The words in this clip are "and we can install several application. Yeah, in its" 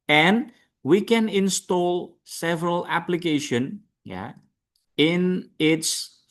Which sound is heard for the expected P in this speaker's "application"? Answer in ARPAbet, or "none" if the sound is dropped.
P